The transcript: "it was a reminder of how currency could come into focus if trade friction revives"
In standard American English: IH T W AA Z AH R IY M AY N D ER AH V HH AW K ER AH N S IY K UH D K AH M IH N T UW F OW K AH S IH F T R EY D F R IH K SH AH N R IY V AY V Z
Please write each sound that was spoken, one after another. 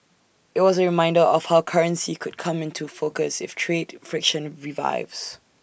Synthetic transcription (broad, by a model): IH T W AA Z AH R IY M AY N D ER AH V HH AW K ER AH N S IY K UH D K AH M IH N T UW F OW K AH S IH F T R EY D F R IH K SH AH N R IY V AY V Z